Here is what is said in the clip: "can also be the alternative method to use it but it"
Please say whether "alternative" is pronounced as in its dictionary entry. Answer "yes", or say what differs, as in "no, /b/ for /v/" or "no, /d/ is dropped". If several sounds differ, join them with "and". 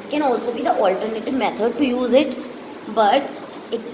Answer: yes